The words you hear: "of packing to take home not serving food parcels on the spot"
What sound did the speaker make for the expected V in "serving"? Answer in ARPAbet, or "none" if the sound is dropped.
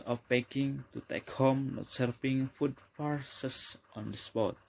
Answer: P